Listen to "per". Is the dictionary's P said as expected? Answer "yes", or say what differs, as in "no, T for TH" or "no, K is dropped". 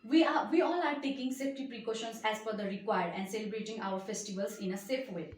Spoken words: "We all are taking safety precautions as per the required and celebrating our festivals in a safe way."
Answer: no, F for P